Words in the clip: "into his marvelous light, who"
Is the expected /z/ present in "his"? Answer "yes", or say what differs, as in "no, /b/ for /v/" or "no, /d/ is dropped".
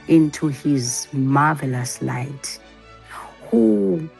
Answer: yes